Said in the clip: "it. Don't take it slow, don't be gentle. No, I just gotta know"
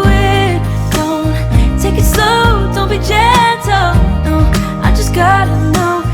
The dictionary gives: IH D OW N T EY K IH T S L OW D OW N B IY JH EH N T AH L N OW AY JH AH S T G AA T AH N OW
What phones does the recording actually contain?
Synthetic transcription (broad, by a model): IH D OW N T EY K IH T S OW D OW N B IY JH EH N T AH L N OW AY JH AH S G AA T AH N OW